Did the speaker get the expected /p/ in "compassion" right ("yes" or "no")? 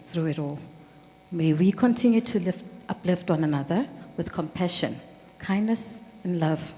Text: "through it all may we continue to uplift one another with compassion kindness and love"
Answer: yes